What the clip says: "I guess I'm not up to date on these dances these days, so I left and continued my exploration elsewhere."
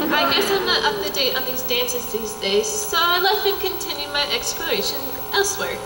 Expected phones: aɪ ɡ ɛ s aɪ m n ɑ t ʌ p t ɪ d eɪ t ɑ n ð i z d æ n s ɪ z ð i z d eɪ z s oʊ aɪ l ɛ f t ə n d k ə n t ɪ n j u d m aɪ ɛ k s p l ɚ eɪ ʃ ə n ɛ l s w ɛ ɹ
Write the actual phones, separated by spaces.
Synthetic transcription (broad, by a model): aɪ ɡ ɛ s aɪ m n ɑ t ʌ p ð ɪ d eɪ t n ð i z d æ n s ɪ z ð i z d eɪ z s oʊ aɪ l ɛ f ə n k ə n t ɪ n j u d m aɪ ɛ k s p l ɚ eɪ ʃ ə n ɛ l s w ɛ ɹ